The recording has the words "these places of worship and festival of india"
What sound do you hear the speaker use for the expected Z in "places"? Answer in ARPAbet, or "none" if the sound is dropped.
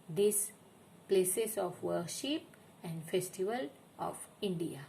S